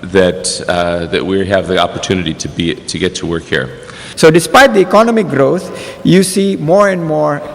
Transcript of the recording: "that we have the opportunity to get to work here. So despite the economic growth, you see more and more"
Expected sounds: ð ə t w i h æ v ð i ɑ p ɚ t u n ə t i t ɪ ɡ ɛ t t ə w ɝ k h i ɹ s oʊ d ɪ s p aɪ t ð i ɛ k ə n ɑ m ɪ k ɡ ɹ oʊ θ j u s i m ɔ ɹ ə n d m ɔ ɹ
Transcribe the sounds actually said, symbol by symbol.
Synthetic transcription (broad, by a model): ð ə t w i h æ v ð i ɑ p ɚ t u n ə t i t ɪ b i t t ə w ɝ k h i ɹ s oʊ d ɪ s p aɪ t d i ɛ k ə n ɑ m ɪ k ɡ ɹ oʊ t j u s i m ɔ ɹ ə n d m ɔ ɹ